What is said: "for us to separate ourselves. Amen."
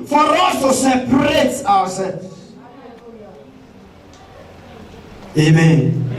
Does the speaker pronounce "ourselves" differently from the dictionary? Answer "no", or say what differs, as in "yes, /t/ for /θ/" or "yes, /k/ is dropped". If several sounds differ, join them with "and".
yes, /w/ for /ɹ/